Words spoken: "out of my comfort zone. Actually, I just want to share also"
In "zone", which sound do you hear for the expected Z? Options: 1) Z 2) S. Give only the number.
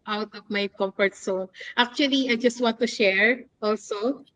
2